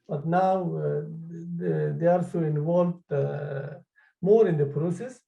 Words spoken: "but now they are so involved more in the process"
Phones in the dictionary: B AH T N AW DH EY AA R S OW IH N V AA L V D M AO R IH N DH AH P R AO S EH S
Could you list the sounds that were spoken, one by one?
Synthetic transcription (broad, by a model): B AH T N AW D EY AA L S OW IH N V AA L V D M AO R IH N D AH P R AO S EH S